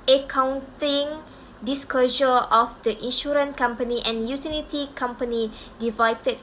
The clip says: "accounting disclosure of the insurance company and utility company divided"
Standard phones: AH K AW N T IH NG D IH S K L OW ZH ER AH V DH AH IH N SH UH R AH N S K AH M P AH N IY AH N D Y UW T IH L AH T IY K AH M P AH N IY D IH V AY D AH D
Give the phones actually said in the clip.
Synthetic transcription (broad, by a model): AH K AW N T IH NG D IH S K OW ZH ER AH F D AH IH N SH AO R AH N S K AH M P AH N IY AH N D Y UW T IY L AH T IY K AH M P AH N IY D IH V AY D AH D